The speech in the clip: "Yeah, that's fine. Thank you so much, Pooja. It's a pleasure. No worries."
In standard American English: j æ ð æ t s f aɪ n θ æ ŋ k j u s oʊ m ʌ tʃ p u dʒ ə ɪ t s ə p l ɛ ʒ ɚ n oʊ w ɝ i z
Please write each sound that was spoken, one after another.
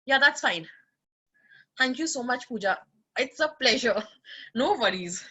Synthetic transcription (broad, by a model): j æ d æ t s f aɪ n t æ ŋ k j u s oʊ m ʌ tʃ p u dʒ ə ɪ t s ə p l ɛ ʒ ɚ n oʊ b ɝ i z